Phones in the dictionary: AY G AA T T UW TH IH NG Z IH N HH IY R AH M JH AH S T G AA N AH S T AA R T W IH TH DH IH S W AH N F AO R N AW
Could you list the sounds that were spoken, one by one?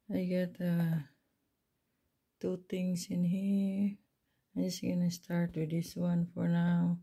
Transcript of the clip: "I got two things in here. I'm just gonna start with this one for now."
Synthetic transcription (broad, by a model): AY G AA T T UW T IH NG S IH N HH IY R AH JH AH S G AA N AH S T AA R T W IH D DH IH S W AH N F AO R N AW